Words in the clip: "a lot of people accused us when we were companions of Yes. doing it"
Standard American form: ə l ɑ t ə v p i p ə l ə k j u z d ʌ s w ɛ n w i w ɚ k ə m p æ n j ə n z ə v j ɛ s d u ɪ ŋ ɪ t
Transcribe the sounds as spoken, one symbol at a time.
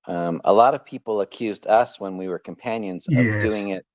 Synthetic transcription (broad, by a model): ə l ɑ t ə v p i p l ə k j u z d ʌ s w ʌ n w i w ɚ k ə m p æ n j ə n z ə v d u ɪ ŋ ɪ t